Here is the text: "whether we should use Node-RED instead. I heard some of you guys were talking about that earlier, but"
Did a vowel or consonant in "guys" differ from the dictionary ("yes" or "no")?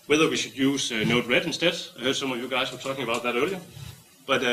yes